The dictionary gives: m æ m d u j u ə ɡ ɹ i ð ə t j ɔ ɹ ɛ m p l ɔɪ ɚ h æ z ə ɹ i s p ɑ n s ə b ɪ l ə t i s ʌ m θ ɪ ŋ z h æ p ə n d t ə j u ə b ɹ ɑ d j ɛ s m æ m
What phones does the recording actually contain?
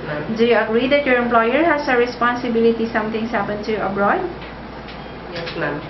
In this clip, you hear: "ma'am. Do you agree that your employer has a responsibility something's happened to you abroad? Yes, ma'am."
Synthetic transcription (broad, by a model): d u j u ə ɡ ɹ i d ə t j ɔ ɹ ɛ m p l ɔɪ ɚ h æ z ə ɹ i s p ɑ n s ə b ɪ l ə t i s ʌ m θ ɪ ŋ s h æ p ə n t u ə b ɹ ɑ d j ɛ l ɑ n